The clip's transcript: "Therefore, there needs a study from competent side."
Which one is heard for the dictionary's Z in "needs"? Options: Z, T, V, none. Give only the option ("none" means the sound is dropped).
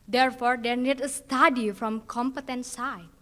none